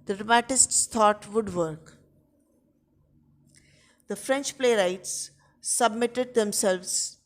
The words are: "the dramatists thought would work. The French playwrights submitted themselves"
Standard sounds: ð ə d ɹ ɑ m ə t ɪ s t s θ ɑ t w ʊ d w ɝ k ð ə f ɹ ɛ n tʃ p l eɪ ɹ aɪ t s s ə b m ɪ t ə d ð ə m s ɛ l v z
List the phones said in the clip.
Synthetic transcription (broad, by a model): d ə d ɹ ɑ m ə t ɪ s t s t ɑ t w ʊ d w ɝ k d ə f ɹ ɛ n tʃ p l eɪ ɹ aɪ t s s ə b m ɪ t ə d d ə m s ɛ l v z